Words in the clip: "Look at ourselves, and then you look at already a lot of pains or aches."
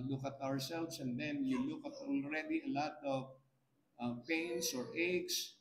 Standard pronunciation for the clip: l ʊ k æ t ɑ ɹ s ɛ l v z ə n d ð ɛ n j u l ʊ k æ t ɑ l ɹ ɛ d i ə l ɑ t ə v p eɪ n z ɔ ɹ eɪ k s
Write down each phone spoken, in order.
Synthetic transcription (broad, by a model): l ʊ k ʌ t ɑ ɹ s ɛ l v s ə n d ɛ n j u l ʊ k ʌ t ɑ l ɹ ɛ d i ə l ɑ t ə v p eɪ n s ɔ ɹ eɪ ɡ s